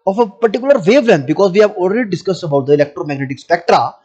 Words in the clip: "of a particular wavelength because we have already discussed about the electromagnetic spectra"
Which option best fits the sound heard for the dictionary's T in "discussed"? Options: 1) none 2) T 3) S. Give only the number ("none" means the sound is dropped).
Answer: 2